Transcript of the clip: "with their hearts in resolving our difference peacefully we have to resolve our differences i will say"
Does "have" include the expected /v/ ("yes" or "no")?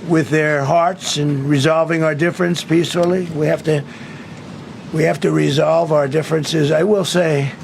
no